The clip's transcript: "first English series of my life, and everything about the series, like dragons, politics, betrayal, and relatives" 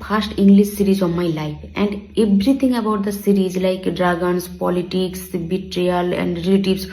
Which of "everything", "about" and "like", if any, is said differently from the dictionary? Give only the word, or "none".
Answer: everything